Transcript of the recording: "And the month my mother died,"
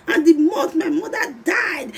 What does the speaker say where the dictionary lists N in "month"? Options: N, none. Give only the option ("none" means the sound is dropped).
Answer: none